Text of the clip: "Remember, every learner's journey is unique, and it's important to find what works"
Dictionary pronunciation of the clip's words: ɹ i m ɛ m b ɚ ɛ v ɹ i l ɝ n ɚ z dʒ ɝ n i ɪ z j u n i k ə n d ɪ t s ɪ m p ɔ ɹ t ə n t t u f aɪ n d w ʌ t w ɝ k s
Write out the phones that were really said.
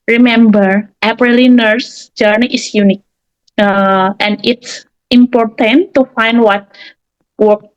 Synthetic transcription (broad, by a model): ɹ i m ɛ m b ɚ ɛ p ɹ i l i n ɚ s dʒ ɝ n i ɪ s j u n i k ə n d ɪ t s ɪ m p ɔ ɹ t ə n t t u f aɪ n d w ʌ t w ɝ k